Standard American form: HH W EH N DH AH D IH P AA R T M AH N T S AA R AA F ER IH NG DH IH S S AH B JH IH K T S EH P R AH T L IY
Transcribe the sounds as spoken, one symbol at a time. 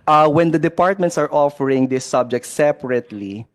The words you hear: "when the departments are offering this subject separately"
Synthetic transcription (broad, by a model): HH W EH N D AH D IH P AA R T M AH N T S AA R AA F ER IH NG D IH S S AH B JH IH K T S EH P R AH T L IY